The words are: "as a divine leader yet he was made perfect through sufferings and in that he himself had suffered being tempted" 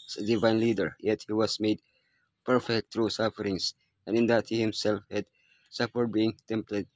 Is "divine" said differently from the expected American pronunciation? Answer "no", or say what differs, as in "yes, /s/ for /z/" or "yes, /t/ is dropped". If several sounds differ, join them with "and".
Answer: no